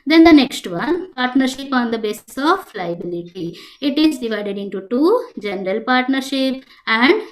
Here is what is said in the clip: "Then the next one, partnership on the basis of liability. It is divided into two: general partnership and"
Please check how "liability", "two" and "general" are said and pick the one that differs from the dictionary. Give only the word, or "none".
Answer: none